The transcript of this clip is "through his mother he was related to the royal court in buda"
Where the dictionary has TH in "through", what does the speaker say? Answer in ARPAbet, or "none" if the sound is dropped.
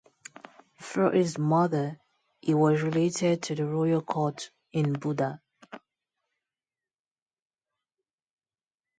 F